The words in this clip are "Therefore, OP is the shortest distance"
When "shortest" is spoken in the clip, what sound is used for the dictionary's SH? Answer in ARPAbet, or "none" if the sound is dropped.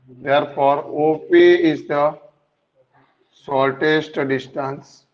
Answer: S